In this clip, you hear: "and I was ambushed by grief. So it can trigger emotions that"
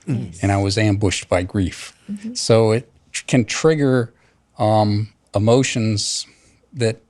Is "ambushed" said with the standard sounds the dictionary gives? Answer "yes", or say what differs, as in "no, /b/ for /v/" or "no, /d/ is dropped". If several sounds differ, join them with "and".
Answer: yes